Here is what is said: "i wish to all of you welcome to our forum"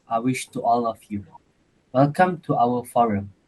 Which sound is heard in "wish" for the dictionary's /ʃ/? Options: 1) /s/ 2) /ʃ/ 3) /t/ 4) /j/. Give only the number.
2